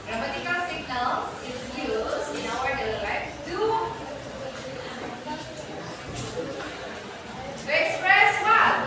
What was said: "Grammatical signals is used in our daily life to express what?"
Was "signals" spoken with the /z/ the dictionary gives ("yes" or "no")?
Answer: no